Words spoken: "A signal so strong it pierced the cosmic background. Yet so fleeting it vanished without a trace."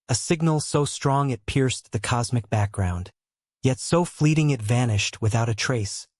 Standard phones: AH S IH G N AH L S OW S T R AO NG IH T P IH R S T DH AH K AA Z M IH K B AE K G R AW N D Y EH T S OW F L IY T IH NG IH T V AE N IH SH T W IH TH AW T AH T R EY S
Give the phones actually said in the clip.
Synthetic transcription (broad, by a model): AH S IH G N L S OW S T R AO NG IH T P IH R S DH AH K AA Z M IH K B AE K G R AW N D Y EH T S OW F L IY T IH NG IH T V AE N IH SH T W IH TH AW T AH T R EY S